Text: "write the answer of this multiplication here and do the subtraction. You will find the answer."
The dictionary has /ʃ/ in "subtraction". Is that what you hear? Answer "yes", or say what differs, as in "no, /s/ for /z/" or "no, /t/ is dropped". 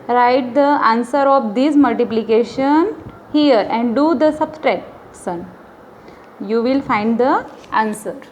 no, /s/ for /ʃ/